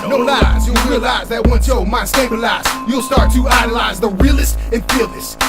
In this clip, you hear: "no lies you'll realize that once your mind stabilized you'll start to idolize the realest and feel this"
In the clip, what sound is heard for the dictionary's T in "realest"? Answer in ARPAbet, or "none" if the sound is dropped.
T